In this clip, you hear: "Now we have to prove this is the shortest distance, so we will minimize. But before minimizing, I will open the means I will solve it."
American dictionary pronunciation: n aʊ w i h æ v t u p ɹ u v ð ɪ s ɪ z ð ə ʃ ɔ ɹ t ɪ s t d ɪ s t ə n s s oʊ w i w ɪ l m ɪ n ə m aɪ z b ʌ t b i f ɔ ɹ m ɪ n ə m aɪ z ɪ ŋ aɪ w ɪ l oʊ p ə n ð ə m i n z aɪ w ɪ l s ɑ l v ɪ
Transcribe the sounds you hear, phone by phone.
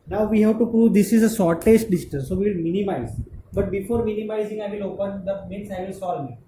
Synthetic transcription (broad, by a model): n aʊ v i h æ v t u p ɹ u v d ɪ s ɪ z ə s ɔ ɹ t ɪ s t d ɪ s t ə n s s oʊ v i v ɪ l m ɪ n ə m aɪ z b ʌ t b i f ɔ ɹ m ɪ n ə m aɪ z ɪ ŋ aɪ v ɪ l oʊ p ə n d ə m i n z aɪ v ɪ l s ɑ l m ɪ